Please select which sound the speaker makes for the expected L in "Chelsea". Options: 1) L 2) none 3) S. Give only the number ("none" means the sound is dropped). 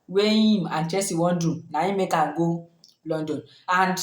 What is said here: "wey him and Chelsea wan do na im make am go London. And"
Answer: 2